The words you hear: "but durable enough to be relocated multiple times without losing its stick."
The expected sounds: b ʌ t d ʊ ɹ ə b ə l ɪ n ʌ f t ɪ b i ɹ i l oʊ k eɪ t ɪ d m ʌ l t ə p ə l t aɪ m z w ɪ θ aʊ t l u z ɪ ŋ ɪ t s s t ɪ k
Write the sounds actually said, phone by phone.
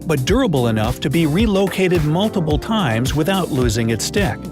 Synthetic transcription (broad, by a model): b ʌ t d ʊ ɹ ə b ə l ɪ n ʌ f t ɪ b i ɹ i l oʊ k eɪ t ɪ d m ʌ l t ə p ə l t aɪ m z w ɪ θ aʊ t l u z ɪ ŋ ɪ t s s t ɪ k